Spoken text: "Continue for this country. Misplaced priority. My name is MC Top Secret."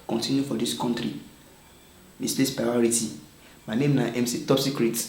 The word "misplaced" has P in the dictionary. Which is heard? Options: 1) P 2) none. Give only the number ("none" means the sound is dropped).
2